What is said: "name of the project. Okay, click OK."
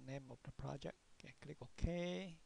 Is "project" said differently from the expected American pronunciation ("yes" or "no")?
yes